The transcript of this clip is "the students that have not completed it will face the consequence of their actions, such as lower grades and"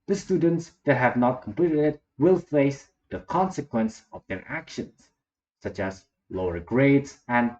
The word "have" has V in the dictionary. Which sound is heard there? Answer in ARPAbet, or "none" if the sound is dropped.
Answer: V